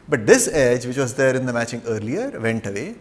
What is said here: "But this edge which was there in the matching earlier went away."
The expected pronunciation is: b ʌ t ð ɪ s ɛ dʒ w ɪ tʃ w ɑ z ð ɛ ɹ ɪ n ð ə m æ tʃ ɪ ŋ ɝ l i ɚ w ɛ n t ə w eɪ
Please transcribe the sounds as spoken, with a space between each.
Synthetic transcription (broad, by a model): b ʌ t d ɪ s ɛ dʒ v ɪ tʃ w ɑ z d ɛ ɹ ɪ n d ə m æ tʃ ɪ ŋ ɝ l i ɚ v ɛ n t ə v eɪ